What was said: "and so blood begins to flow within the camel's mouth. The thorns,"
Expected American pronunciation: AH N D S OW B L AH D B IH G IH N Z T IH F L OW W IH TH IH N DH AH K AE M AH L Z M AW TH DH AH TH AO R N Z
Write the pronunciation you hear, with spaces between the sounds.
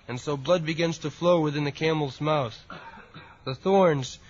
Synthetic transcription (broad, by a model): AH N S OW B L AH D B IH G IH N Z T IH F L OW W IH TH IH N DH AH K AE M L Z M AW TH DH AH TH AO R N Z